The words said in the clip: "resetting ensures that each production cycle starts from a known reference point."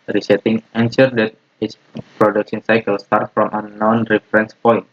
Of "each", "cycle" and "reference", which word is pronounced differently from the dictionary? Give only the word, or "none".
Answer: each